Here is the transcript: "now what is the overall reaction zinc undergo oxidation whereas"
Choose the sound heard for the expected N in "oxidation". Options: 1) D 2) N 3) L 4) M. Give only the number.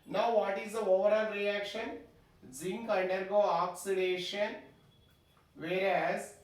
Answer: 2